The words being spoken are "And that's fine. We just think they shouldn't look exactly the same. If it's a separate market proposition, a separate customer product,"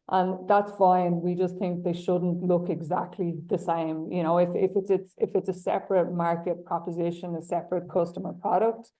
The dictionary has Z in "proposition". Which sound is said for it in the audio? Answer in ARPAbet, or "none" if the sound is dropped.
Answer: Z